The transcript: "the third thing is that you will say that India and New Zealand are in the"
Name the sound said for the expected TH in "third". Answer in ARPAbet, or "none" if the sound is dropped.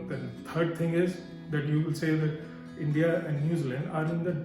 T